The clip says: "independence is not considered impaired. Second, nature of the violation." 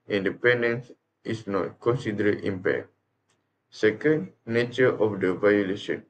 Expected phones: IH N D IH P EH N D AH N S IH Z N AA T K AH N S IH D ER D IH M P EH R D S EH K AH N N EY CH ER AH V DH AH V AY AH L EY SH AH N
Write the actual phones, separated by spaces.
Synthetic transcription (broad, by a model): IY N D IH P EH N D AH N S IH S N AA T K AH N S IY D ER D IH M P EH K S EH K AH N N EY CH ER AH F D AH V AY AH L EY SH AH N